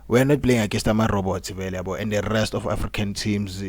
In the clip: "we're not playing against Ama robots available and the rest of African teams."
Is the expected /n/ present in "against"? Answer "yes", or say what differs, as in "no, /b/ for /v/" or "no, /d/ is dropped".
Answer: no, /n/ is dropped